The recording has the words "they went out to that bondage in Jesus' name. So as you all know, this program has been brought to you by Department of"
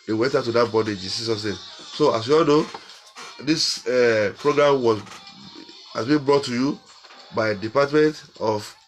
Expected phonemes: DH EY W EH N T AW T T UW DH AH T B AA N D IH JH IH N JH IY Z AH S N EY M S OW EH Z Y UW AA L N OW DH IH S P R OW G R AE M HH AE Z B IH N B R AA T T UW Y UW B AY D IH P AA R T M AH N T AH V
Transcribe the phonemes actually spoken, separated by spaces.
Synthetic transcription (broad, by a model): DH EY W EH N T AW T T UW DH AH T B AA D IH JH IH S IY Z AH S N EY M S OW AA S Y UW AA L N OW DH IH S P R OW G R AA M HH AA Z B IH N B R AA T T UW Y UW B AY D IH P AA T M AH N T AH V